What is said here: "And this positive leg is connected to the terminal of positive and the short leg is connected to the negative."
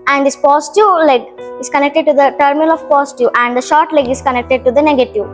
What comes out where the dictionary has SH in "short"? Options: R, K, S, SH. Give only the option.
SH